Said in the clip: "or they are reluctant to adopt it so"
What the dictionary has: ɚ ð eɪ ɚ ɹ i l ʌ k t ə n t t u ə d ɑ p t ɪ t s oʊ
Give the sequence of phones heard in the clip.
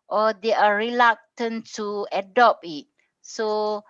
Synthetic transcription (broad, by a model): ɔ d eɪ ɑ ɹ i l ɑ k t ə n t t u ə d ɑ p ɪ t s oʊ